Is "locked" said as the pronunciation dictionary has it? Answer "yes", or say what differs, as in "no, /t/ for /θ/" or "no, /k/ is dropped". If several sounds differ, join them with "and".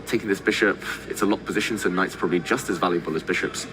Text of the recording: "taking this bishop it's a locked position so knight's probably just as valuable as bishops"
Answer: no, /k/ is dropped